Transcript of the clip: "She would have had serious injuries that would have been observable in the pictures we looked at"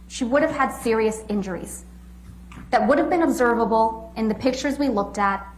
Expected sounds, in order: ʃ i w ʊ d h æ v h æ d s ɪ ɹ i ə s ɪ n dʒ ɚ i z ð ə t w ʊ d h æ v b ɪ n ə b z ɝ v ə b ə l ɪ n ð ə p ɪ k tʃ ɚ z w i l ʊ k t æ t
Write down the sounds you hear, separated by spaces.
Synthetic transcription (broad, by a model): ʃ i w ʊ d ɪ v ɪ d s ɪ ɹ i ə s ɪ n dʒ ɚ i z ð ə t w ʊ d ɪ v b ɪ n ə b z ɝ v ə b l ɪ n ð ə p ɪ k tʃ ɚ z w i l ʊ k t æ t